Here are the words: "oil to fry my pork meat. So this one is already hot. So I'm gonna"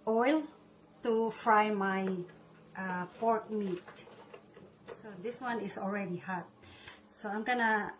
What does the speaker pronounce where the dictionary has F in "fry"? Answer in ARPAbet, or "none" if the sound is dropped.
F